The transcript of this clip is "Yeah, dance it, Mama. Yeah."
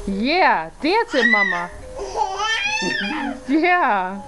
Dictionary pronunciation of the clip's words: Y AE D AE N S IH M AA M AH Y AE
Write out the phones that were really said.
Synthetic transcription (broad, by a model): Y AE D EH S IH M AA M AH Y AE